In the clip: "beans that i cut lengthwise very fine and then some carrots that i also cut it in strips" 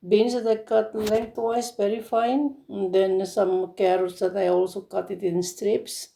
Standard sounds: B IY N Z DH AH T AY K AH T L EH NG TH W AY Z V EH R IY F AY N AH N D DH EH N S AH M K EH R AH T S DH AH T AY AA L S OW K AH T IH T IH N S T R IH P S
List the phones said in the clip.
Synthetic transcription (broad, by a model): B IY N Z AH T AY K AH T L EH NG T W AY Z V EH R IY F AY AH N D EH N S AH M K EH R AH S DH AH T AY AA L S OW K AH T IH T IH N S T R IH P S